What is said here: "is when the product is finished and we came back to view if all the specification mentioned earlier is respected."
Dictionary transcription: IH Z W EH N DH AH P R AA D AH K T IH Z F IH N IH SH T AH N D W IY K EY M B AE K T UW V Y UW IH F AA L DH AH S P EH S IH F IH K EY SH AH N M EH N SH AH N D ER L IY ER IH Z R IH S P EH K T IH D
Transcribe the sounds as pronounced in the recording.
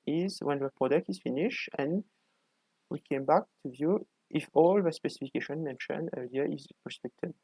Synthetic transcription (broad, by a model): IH Z W EH N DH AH P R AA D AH K T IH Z F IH N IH SH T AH N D W IY K EY M B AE K T UW V Y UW IH F AA L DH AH S P EH S IH F IH K EY SH AH N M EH N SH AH N ER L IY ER IH Z R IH S P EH K T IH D